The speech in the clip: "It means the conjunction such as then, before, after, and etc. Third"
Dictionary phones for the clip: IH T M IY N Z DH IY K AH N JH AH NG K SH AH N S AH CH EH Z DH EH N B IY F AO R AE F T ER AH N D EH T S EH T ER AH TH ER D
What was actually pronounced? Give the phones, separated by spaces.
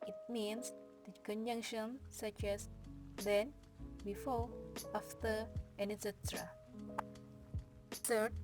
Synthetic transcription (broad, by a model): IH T M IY N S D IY K AH N JH AH NG K SH AH N S AH CH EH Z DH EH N B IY F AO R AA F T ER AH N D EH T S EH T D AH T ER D